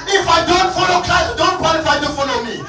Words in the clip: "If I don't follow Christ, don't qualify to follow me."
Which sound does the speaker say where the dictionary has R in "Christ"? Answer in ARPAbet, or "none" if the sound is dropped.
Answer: L